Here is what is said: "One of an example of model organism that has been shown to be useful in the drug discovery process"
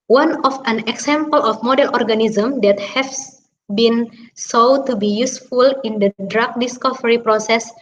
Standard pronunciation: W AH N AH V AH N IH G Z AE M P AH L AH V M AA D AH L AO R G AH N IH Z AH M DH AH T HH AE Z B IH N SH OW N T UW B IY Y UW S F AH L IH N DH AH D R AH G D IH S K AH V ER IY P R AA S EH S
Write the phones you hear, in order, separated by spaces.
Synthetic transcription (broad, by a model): W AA N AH F AH N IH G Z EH M P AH L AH F M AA D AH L AO R G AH N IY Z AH M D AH T HH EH S B IH N S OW T UW B IY Y UW S F AH L IH N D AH D R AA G D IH S K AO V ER IY P R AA S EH S